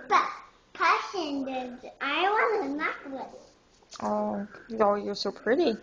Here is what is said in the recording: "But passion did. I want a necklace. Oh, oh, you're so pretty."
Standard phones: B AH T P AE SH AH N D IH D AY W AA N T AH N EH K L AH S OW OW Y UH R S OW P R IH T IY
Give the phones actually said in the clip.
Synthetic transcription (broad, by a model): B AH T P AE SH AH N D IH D AY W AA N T AH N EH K W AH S OW OW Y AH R S OW P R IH T IY